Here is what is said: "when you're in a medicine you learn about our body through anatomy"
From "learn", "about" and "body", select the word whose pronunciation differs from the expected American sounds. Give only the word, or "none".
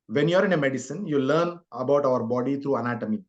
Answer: none